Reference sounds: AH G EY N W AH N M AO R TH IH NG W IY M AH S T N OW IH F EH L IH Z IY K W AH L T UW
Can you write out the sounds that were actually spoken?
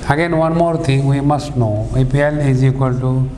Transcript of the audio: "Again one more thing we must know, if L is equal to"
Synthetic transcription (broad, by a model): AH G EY N W AH N M AO R T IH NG W IY M AH S T N OW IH P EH L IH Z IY K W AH L T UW